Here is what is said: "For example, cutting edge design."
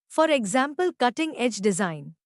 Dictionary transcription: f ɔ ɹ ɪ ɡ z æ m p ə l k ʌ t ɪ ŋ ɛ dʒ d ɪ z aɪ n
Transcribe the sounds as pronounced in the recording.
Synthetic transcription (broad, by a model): f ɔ ɹ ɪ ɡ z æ m p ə l k ʌ t ɪ ŋ ɛ dʒ d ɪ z aɪ n